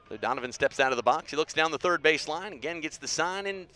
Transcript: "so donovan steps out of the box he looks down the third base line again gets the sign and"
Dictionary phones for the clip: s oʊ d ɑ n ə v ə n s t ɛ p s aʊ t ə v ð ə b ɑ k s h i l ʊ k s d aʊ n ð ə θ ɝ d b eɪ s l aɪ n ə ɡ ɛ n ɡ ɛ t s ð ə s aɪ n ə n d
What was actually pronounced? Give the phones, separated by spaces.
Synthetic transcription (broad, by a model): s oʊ d ɑ n ə v ə n s t ɛ p s aʊ t ə v ð ə b ɑ k s h i l ʊ k s d aʊ n ð ə θ ɝ d b eɪ s l aɪ n ə ɡ ɛ n ɡ ɛ t s ð ə s aɪ n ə n